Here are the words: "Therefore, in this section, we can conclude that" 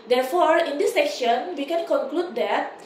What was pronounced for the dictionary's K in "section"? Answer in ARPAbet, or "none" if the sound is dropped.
K